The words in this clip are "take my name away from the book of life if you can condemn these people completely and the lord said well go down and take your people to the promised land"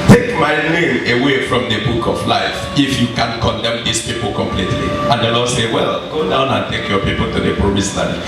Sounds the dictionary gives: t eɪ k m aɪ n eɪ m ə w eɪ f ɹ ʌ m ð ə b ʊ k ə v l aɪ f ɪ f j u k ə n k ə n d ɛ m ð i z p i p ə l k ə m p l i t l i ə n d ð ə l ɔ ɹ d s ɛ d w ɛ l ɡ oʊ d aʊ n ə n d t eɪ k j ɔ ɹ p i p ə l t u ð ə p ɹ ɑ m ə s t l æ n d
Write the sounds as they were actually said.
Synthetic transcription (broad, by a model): t eɪ k m aɪ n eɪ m ə w eɪ f ɹ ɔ m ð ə b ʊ k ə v l aɪ f ɪ f j u k ə n k ə n d ɛ m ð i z p i p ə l k ə m p l i t l i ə n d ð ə l ɔ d s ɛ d w ɛ l ɡ oʊ d aʊ n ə n t eɪ k j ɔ p i p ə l t u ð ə p ɹ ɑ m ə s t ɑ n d